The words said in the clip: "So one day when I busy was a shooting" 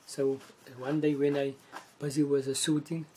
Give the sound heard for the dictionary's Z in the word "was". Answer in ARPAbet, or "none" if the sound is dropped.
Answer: Z